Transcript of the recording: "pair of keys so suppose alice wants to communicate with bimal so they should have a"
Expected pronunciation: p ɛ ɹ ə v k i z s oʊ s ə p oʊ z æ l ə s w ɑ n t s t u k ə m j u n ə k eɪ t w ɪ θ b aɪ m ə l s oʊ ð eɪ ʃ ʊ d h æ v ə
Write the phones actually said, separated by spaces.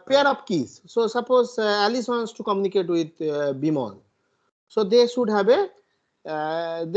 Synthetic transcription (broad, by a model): p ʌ ɹ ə p k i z s oʊ s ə p oʊ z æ l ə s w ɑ n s t u k ə m j u n ə k eɪ t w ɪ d b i m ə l s oʊ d eɪ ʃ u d h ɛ b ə